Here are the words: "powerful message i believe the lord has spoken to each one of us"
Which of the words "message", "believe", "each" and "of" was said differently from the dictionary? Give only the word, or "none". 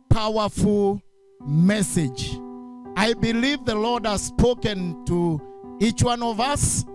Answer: none